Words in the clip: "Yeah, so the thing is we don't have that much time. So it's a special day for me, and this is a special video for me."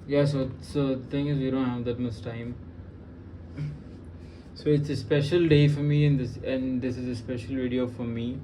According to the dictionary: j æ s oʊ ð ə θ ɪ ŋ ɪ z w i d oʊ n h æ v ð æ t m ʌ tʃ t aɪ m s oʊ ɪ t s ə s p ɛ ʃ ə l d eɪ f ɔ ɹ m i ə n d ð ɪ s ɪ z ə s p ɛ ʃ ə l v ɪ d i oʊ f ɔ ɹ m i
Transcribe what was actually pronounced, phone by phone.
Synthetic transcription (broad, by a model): j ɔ s oʊ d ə t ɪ ŋ ɪ z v i d oʊ n h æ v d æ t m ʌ s t aɪ m s oʊ ɪ t s ə s p ɛ ʃ ə l d eɪ f ɔ ɹ m i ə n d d ɪ s ɪ z ə s p ɛ ʃ ə l v ɪ d i oʊ f ɔ ɹ m i